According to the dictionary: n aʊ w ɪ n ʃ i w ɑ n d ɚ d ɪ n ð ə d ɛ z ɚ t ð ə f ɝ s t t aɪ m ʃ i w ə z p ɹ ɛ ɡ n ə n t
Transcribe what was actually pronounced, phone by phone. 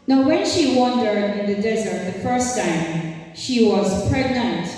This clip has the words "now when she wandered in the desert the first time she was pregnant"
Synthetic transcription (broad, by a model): n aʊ w ɪ n ʃ i w ɑ n d ɚ d ɪ n ð ə d ɛ z ɚ t ð ə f ɝ s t t aɪ m ʃ i w ə z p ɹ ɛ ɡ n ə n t